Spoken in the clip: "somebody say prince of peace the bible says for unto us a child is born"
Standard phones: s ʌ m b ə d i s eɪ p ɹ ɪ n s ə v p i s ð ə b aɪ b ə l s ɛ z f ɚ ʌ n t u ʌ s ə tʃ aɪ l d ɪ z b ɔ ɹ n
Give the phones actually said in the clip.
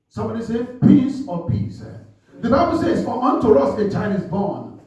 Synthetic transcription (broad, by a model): s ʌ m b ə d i s eɪ p i s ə p i s ð ə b aɪ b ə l s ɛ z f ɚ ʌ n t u ʌ s ə tʃ aɪ l d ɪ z b ɔ n